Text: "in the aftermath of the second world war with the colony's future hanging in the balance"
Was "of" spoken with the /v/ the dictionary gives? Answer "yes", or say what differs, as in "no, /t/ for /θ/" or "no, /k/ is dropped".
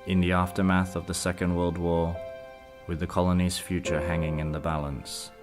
yes